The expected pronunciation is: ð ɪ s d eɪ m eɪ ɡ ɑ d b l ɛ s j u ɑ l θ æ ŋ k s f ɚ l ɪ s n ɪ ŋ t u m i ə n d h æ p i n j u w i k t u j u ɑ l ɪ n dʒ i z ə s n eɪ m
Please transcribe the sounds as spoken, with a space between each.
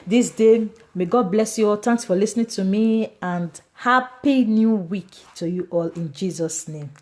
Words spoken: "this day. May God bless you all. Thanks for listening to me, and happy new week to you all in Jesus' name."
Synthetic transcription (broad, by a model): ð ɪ s d eɪ m eɪ ɡ ɑ d b l ɛ s j u ɑ l t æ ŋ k s f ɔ l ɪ s n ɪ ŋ t u m i ə n d h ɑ p i n j u w i k t u j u ɑ l ɪ n dʒ i z ə s n eɪ m